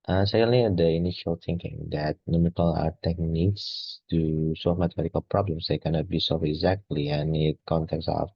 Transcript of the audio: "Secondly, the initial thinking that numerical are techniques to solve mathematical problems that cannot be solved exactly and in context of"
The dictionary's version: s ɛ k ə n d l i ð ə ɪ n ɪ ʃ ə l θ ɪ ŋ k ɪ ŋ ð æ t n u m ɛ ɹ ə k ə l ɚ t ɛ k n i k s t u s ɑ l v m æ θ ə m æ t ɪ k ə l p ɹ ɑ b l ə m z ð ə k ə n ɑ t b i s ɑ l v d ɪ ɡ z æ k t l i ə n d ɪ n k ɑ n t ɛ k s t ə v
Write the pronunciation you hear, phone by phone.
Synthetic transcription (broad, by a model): s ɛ k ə n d l i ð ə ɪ n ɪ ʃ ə l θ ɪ ŋ k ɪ ŋ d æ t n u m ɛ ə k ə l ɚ t ɛ k n i k s t u s ɑ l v m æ t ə m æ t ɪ k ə l p ɹ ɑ b l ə m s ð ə k ə n ɑ t b i s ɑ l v ɪ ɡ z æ k t l i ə n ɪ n k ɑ n t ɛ k s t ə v